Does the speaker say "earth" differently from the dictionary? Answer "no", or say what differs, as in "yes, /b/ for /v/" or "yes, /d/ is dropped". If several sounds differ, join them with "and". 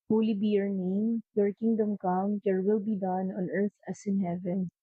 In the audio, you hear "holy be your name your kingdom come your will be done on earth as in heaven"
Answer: yes, /t/ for /θ/